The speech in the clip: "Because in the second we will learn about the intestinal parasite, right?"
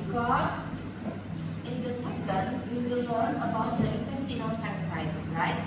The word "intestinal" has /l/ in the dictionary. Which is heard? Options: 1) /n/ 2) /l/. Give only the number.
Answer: 1